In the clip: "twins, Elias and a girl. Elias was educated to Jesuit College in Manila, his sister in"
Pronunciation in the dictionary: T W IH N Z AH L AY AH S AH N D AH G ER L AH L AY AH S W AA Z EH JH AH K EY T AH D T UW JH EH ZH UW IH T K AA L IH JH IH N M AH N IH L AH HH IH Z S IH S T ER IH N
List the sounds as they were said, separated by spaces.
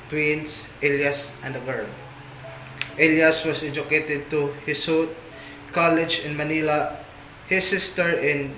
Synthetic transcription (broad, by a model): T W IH N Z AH L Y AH S AH N D AH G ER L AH L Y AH S W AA S EH JH AH K EY T AH D T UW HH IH S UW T K AA L IH JH IH N M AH N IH L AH HH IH S IH S T ER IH N